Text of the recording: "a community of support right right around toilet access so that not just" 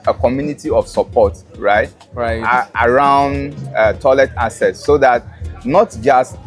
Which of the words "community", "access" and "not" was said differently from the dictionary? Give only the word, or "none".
access